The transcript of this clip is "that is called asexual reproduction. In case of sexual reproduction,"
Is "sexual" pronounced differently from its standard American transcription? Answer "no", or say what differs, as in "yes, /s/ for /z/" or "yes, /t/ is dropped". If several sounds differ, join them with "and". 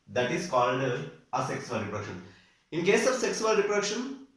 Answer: yes, /s/ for /ʃ/